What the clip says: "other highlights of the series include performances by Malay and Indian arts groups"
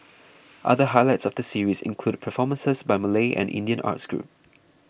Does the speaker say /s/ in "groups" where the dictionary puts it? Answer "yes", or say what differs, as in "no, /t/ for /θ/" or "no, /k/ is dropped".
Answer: no, /s/ is dropped